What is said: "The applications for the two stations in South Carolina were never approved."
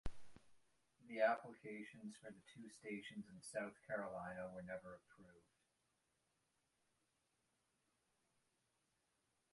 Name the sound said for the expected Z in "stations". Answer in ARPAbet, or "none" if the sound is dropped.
Z